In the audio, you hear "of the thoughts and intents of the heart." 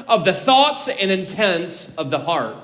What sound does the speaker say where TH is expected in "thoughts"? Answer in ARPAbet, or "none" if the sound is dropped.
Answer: TH